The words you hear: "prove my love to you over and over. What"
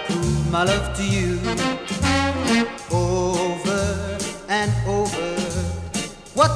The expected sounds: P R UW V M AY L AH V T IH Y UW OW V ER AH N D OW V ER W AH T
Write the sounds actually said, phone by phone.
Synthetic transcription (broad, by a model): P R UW M AY L AH V T IH Y UW OW V ER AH N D OW V ER W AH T